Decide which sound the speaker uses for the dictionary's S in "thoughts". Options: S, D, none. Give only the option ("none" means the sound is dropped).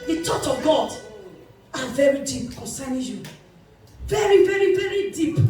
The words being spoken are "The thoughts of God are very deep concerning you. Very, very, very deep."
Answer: none